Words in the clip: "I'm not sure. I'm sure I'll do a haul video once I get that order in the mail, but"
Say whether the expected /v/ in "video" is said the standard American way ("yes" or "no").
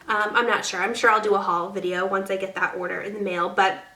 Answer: yes